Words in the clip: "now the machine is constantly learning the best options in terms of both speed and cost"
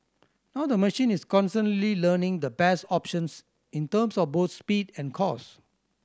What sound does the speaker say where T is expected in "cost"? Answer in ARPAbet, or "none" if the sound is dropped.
none